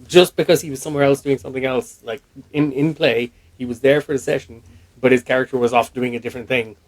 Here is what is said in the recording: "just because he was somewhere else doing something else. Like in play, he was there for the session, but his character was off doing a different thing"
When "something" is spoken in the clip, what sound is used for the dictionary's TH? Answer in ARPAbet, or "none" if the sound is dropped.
TH